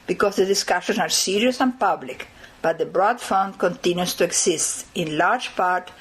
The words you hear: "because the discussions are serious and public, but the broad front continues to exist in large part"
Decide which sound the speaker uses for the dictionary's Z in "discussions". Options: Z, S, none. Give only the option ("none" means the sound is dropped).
S